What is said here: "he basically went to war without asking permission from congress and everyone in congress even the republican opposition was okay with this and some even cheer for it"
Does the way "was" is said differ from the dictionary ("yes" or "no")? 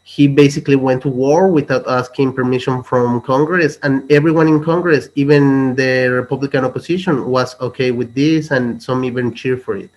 yes